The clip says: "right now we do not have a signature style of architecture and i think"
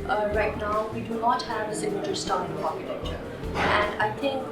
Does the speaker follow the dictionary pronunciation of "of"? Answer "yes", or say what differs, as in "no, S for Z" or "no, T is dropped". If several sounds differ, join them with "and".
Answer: no, P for V